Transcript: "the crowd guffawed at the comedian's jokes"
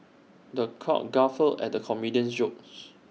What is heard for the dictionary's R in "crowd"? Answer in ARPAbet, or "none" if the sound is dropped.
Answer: none